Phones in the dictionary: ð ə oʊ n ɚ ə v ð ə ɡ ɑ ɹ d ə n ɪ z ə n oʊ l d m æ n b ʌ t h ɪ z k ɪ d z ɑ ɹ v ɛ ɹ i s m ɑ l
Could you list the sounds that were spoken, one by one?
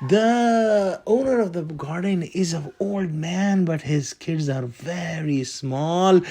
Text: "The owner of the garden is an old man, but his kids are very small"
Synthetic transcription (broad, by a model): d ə oʊ n ɚ ə v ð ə ɡ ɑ ɹ d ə n ɪ z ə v oʊ l d m æ n b ʌ t h ɪ z k ɪ d z ɑ ɹ v ɛ ɹ i s m ɑ l